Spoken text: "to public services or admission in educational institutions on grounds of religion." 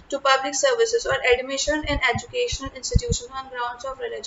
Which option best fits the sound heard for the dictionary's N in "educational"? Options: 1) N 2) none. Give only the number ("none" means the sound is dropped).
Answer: 1